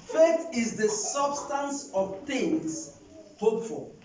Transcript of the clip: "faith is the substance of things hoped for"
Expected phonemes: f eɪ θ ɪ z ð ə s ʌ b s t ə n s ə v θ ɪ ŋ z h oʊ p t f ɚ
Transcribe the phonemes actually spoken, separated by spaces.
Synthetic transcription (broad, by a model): f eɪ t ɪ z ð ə s ʌ b s t ə n s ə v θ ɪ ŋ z h oʊ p f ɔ